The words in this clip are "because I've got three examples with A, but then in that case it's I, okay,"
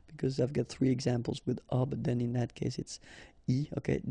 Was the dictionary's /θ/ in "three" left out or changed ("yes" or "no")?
no